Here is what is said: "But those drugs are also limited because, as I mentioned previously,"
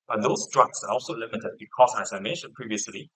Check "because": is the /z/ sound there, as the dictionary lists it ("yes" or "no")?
no